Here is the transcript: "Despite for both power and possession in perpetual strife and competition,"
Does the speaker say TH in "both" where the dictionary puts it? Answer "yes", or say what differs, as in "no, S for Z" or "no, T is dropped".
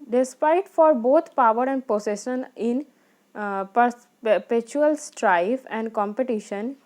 no, T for TH